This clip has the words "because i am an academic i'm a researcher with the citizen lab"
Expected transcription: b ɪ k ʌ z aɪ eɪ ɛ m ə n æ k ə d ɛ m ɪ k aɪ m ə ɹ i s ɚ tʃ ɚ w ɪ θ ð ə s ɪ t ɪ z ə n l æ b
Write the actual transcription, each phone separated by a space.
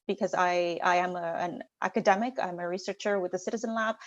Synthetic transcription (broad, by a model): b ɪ k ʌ z aɪ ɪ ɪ m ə n æ k ə d ɛ m ɪ k aɪ m ə ɹ i s ɚ tʃ ɚ w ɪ ð ə s ɪ t ɪ z ə n l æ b